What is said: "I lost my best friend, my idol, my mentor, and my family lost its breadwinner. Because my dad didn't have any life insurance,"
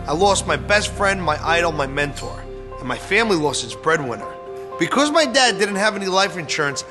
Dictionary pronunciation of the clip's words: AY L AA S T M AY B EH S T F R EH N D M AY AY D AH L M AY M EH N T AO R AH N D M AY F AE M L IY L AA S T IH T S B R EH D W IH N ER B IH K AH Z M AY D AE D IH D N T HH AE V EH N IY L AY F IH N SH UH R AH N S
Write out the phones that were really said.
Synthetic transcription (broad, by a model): AY L AA S T M AY B EH S T F R EH N D M AY AY D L M AY M EH N T AO R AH N M AY F AE M L IY L AA S T IH T S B R EH D W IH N ER B IH K AH Z M AY D AE D IH D N T HH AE V EH N IY L AY F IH N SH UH R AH N S